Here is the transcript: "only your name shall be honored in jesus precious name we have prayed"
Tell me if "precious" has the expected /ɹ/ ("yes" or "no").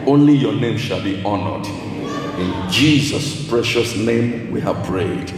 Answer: yes